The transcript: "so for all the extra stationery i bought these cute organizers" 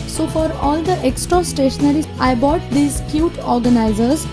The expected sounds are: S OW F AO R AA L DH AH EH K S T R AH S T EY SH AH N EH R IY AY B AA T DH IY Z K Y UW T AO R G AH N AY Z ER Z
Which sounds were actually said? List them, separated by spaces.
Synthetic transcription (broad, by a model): S OW F AO R AA L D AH EH K S T R AH S T EY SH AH N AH R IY AY B AA T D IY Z K Y UW T AO R G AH N AY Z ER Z